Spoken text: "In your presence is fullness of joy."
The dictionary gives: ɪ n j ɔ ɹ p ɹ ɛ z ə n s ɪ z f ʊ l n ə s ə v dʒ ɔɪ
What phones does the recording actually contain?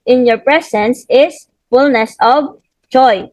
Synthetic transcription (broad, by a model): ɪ n j ɔ ɹ p ɹ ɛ s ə n s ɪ s f ʊ l n ə s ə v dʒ ɔɪ